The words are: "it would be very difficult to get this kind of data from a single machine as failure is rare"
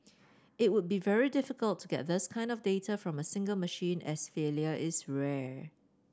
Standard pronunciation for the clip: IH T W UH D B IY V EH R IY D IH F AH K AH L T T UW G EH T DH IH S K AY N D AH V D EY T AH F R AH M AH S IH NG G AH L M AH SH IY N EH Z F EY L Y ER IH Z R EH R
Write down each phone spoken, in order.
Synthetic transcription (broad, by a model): IH T W UH D B IY V EH R IY D IH F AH K AH L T T UW G EH T DH IH S K AY N D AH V D EY T AH F R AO M AH S IH NG G AH L M AH SH IY N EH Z F EY L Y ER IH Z R EH